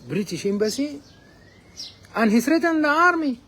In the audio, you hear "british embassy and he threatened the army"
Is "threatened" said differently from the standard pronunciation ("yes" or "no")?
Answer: yes